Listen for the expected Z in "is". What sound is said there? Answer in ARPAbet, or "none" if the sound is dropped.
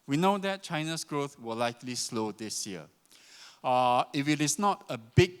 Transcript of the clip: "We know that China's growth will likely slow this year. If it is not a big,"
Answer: S